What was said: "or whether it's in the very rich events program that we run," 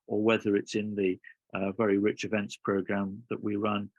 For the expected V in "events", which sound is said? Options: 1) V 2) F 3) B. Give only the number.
1